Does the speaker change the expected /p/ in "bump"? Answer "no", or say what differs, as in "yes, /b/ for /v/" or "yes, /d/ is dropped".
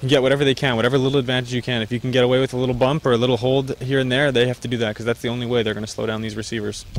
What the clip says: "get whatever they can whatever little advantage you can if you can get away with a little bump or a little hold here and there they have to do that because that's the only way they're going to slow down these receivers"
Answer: no